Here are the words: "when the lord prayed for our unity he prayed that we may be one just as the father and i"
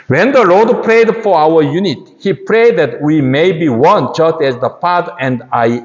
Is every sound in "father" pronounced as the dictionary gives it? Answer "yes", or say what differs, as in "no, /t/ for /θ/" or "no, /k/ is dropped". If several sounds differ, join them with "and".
no, /p/ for /f/